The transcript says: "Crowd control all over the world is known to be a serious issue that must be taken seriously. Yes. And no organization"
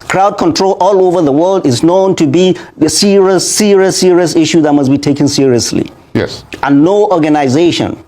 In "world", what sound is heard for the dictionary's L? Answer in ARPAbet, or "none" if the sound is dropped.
L